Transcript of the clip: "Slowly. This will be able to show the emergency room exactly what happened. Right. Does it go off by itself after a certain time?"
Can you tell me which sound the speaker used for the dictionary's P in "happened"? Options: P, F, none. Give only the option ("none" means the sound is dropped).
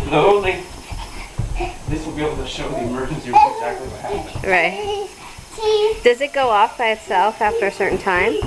none